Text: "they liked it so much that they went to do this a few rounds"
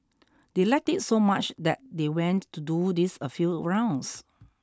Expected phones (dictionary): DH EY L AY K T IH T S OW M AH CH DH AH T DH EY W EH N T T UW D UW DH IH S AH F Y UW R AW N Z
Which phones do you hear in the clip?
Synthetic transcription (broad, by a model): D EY L AY K T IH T S OW M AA CH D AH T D EY W EH N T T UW D UW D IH S AH F Y UW R AW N S